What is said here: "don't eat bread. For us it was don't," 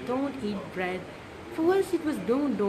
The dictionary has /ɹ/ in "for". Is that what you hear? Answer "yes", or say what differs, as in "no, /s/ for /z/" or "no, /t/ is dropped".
no, /w/ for /ɹ/